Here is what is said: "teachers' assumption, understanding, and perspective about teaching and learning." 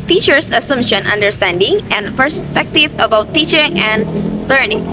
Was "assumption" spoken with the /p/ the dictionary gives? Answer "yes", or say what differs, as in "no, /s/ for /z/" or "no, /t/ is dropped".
no, /p/ is dropped